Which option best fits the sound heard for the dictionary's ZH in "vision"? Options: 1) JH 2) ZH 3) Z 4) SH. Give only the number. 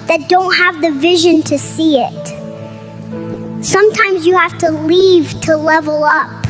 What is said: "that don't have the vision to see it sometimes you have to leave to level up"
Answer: 2